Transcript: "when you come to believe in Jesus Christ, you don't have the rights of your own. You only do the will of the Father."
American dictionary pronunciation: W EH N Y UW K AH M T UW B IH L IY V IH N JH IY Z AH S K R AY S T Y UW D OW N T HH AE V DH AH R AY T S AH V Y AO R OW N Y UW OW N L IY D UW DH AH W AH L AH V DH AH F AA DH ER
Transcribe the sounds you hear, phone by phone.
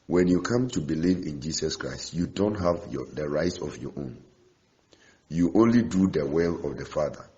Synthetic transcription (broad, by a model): W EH N Y UW K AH M T UW B IH L IY V IH N JH IY S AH S K R AY S T Y UW D OW N T HH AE V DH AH R AY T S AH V Y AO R OW N Y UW OW N L IY D UW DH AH W AH L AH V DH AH F AA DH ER